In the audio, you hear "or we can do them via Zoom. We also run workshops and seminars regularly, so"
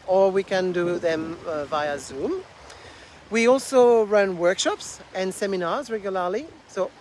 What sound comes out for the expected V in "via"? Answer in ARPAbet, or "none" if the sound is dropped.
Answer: V